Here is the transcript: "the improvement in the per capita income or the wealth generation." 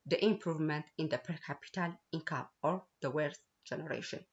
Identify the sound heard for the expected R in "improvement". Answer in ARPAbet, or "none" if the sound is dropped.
R